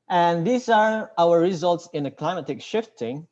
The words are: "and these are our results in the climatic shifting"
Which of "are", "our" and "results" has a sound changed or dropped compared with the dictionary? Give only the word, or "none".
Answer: none